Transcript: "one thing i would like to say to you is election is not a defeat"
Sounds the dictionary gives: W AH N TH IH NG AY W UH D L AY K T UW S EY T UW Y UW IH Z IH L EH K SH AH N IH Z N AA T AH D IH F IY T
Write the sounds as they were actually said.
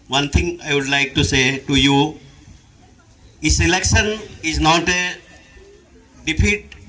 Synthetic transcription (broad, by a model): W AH N T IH NG AY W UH D L AY K T UW S EY T UW Y UW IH S IH L EH K SH AH N IH Z N AA T AH D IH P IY T